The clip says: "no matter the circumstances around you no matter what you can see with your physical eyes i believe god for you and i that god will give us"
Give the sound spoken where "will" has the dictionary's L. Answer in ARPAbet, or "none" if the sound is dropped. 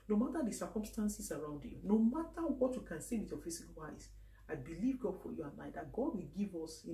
L